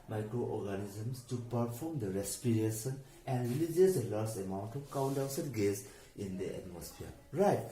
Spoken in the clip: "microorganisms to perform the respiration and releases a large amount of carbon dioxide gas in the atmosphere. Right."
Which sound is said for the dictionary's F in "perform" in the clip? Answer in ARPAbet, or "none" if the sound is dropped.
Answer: P